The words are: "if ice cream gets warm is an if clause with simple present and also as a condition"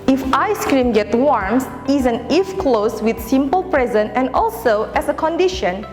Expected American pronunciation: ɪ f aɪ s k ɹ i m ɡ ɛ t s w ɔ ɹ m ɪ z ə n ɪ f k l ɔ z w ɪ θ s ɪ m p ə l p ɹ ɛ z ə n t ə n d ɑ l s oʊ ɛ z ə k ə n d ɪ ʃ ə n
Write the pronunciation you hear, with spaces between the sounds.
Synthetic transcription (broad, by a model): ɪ f aɪ s k ɹ i m ɡ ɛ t w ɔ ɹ m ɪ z ə n ɪ f k l ɔ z w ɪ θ s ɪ m p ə l p ɹ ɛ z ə n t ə n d ɑ l s oʊ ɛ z ə k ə n d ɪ ʃ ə n